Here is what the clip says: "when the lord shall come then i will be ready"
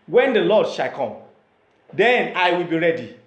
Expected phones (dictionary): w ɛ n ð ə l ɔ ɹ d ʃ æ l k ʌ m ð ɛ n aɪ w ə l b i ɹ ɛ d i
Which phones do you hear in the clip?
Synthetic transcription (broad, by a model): w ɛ n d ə l ɔ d ʃ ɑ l k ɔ m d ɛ n aɪ w ə l b i ɹ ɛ d i